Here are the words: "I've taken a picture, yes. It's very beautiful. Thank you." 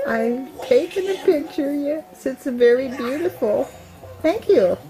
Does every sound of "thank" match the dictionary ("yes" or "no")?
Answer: yes